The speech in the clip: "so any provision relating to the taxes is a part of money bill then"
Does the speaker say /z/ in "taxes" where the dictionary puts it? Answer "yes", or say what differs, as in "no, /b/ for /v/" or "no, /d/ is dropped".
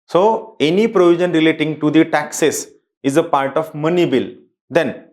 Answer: no, /s/ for /z/